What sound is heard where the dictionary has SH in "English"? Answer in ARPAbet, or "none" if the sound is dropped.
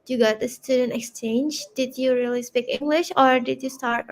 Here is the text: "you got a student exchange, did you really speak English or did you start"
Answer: SH